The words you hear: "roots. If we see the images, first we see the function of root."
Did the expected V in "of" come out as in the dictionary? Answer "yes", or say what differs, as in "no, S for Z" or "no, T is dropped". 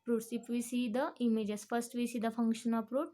no, P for V